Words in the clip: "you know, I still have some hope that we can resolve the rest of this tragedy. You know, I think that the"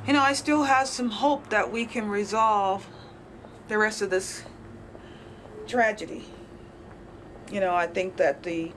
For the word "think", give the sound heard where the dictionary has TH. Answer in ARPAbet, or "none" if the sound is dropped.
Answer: TH